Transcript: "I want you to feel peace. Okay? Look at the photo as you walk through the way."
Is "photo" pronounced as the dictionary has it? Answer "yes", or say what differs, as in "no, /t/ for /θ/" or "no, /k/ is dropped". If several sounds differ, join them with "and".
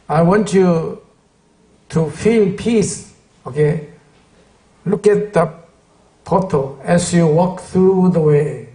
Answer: no, /p/ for /f/